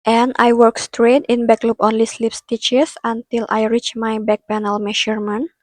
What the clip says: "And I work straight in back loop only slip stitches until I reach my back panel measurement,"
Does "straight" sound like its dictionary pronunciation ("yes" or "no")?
yes